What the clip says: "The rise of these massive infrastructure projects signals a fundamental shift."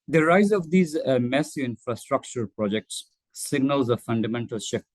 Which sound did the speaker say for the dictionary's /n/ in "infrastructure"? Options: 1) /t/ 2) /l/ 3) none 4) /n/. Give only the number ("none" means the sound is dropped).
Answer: 4